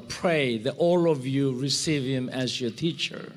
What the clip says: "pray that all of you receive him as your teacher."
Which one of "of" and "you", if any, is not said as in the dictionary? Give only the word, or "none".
none